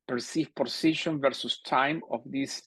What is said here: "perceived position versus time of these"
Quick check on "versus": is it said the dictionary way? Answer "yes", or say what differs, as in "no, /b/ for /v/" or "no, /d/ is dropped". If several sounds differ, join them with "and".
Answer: yes